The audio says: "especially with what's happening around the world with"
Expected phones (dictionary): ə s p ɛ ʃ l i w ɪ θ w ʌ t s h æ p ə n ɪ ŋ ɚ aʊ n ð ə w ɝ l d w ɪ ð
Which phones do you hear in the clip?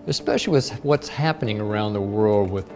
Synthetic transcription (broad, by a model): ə s p ɛ ʃ l i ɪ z w ʌ t s h æ p ə n ɪ ŋ ɚ aʊ n ð ə w ɝ l d w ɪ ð